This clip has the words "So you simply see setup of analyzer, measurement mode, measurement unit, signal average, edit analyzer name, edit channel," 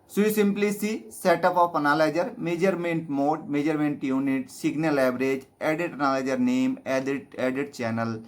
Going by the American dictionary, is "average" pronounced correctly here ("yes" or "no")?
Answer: no